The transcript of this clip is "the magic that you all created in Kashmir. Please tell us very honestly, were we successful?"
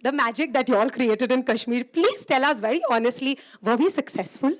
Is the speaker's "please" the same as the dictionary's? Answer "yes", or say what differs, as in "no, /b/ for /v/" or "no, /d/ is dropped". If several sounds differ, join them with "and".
yes